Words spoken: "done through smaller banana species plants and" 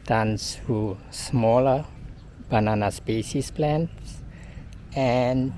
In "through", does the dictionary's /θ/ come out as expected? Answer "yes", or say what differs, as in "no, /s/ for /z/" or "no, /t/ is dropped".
no, /s/ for /θ/